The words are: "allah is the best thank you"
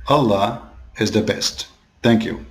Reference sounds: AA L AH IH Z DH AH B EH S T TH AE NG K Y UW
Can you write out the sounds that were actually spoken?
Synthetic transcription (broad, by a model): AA L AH IH Z DH AH B EH S T TH AE NG K Y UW